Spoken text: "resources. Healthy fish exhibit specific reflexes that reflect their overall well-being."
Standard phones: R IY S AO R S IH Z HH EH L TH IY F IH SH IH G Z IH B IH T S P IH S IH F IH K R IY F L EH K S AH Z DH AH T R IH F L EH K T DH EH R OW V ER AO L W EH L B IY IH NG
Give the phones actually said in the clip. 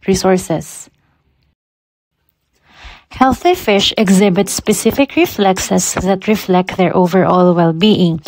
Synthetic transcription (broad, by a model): R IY S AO R S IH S HH EH L TH IY F IH SH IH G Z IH B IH T S P IH S IH F IH K R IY F L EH K S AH S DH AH T R IH F L EH K T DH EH R OW V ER AO L W EH L B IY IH NG